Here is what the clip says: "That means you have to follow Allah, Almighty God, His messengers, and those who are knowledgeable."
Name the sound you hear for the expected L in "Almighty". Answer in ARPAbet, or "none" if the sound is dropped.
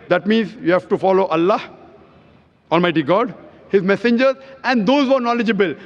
L